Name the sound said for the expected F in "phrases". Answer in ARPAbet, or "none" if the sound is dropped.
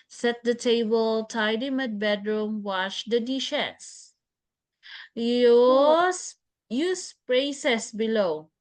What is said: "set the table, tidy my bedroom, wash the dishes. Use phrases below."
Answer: P